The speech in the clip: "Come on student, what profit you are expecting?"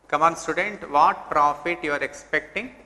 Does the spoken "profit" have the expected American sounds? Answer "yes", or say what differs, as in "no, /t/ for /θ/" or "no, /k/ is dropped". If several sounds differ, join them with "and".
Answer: yes